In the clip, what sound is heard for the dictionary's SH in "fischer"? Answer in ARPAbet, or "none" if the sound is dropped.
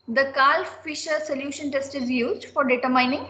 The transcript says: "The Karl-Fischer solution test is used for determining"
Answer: SH